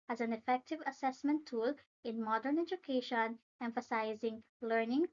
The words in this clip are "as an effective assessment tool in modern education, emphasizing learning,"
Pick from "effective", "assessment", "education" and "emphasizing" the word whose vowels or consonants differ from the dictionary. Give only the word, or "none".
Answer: none